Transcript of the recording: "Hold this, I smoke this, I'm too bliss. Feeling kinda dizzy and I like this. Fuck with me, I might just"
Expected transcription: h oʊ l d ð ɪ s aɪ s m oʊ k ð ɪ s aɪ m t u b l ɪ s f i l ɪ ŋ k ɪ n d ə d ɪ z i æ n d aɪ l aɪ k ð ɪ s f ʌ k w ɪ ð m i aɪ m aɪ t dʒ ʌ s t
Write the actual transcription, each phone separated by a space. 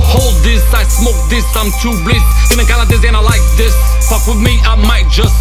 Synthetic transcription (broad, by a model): h oʊ l d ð ɪ s aɪ s m oʊ k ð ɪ s aɪ m t u b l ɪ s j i n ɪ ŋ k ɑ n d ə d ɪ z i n aɪ l aɪ k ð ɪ s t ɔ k w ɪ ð m i aɪ m aɪ t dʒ ʌ s t